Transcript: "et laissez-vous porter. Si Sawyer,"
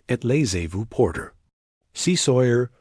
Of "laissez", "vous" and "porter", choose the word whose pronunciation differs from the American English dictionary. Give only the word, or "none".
none